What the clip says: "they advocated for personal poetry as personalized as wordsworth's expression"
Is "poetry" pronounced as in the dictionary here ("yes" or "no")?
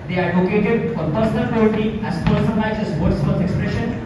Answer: no